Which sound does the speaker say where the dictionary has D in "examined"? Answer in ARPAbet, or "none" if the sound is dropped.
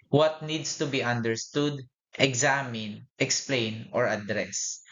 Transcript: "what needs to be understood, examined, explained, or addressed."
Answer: none